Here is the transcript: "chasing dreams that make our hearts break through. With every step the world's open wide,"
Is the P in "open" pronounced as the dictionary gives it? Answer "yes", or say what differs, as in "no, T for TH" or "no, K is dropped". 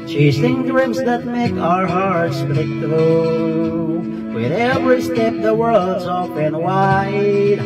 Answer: no, F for P